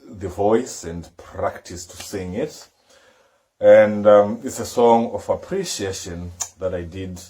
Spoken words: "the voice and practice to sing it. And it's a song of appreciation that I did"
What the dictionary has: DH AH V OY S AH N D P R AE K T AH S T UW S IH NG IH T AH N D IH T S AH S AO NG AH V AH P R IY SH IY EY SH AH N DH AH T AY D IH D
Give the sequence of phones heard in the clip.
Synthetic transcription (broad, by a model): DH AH V OY S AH N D P R AE K T AH S T UW S IH NG IH T AH N D IH T S AH S AO NG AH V AH P R IY SH IY EY SH AH N DH AH T AY D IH D